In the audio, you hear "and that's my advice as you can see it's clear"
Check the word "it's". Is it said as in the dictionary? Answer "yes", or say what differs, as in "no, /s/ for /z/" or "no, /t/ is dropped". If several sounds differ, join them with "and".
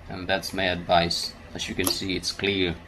yes